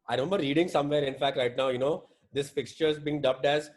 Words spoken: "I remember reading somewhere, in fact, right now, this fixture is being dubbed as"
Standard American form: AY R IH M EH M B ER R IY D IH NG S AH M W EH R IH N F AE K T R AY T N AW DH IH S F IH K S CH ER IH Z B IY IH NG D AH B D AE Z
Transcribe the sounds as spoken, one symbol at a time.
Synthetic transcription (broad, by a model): AY R IH M EH M B ER R IY D IH NG S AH M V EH R IH N F AE K T R AY T N AW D IH S F IH K S CH ER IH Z B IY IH NG D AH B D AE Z